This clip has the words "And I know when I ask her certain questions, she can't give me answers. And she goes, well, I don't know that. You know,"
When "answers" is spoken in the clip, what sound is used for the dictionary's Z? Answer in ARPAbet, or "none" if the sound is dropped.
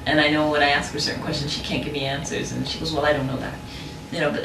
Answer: Z